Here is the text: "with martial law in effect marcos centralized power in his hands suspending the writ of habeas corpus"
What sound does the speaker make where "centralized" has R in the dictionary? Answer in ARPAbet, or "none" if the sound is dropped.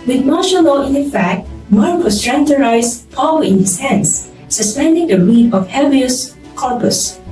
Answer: none